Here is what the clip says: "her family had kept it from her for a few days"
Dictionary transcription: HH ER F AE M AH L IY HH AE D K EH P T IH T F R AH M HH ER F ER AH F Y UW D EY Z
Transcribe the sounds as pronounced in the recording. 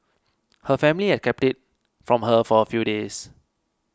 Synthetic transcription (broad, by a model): HH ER F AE M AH L IY HH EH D K EH P T IH T F R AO M HH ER F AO AH F Y UW D EY S